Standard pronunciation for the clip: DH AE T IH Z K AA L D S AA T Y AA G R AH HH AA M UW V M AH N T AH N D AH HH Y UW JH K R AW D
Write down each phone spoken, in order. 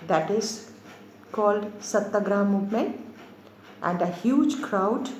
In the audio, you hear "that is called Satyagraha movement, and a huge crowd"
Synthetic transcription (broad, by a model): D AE T IH Z K AA L D S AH T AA G R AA M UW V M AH T AH N D AH HH Y UW JH K R AW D